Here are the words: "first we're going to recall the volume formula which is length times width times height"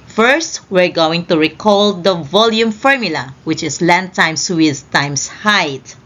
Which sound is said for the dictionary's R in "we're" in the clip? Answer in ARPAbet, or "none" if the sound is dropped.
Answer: R